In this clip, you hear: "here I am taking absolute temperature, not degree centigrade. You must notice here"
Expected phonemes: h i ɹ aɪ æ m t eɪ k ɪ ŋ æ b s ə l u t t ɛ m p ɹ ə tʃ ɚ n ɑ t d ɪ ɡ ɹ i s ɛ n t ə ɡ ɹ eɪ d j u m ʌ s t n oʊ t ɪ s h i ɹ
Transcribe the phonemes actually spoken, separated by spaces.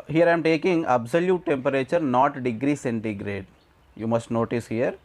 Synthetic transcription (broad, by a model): h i ɹ aɪ m t eɪ k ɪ ŋ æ b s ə l u t t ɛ m p ɹ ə tʃ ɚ n ɑ t d ɪ ɡ ɹ i s ɛ n t ə ɡ ɹ eɪ d j u m ʌ s t n oʊ t ɪ s h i ɹ